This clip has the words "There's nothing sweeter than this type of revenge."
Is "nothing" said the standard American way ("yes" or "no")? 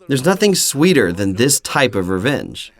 yes